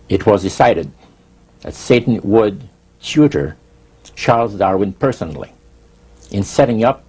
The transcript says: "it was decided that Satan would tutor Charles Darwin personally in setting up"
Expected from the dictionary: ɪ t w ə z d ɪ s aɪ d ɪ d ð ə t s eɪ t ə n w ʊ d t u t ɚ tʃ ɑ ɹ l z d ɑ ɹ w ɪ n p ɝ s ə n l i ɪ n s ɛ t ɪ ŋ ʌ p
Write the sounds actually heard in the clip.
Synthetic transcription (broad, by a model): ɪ t w ə z d ɪ s aɪ d ɪ d ð ə t s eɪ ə n w ʊ d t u t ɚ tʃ ɑ ɹ l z d ɑ ɹ w ɪ n p ɝ s ə n l i ɪ n s ɛ t ɪ ŋ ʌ p